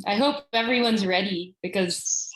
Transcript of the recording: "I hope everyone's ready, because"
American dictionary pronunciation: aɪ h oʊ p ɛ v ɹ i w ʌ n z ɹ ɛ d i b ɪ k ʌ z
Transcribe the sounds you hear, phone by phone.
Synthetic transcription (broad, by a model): aɪ h oʊ p ɛ v ɹ i w ʌ n z ɹ ɛ d i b ɪ k ʌ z